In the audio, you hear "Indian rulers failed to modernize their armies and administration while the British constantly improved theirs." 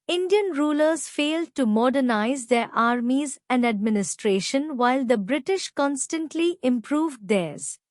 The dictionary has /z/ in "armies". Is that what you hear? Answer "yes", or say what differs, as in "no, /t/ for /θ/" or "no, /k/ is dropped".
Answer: yes